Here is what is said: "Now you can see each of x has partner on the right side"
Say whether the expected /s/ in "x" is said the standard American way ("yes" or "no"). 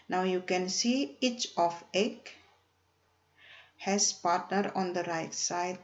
no